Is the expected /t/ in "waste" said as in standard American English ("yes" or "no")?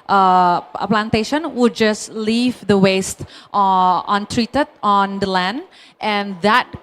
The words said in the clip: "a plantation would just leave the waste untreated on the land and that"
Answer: yes